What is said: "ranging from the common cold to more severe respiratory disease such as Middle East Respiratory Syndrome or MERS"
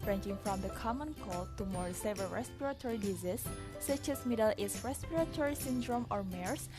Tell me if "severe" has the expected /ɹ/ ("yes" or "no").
no